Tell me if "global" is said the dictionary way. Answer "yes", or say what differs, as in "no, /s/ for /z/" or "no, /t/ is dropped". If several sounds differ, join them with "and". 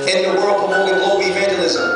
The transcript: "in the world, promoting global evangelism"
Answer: no, /b/ is dropped